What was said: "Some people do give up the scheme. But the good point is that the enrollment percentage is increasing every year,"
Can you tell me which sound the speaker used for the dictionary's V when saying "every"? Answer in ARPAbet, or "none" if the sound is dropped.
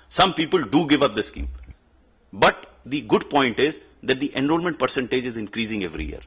V